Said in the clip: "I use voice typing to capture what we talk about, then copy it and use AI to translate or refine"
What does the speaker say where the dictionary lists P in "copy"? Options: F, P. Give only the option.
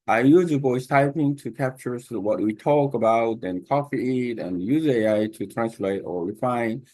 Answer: F